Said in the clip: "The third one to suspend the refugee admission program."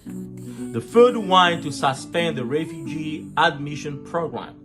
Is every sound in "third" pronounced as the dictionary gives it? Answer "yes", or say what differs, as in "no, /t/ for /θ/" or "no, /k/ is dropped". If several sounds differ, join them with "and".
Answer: no, /f/ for /θ/